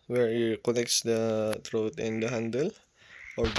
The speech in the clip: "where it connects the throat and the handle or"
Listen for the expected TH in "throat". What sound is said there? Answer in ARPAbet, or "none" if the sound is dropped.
T